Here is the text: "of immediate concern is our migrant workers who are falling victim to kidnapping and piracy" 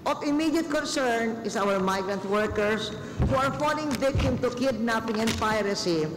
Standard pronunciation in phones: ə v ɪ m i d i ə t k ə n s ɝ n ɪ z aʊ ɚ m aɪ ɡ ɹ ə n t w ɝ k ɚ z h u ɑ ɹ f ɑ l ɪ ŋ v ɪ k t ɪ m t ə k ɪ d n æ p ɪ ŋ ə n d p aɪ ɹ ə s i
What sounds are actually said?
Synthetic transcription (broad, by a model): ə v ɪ m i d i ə t k ə n s ɝ n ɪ s aʊ ɚ m aɪ ɡ ɹ ə n t w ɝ k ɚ s h u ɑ ɹ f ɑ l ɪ ŋ v ɪ k t ɪ m t ə k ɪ d n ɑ p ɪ ŋ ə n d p aɪ ɹ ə s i